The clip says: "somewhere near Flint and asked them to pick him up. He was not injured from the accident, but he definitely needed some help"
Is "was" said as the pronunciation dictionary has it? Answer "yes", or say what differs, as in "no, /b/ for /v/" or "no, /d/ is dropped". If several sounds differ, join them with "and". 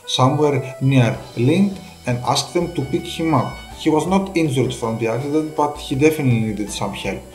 yes